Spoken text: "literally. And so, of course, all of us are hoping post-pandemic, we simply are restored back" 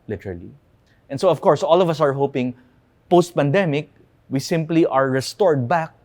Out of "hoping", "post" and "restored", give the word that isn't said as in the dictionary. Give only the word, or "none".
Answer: none